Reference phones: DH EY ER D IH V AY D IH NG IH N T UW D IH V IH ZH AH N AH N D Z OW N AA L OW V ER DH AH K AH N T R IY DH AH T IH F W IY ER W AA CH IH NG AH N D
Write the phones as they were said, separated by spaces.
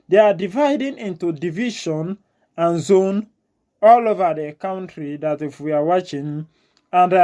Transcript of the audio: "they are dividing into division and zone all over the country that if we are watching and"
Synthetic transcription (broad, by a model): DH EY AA D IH V AY D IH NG IH N T UW D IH V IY SH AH N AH N Z OW N AA L OW V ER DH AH K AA N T R IY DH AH T IH F W IY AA W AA CH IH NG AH N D